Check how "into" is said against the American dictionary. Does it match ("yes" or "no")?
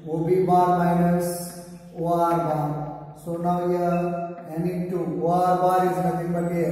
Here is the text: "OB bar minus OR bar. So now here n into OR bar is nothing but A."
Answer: no